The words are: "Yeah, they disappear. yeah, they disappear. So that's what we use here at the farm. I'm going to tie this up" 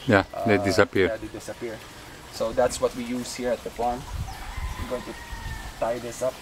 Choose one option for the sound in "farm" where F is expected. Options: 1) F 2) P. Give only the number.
2